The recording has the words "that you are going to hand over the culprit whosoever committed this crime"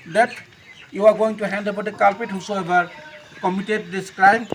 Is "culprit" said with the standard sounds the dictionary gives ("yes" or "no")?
no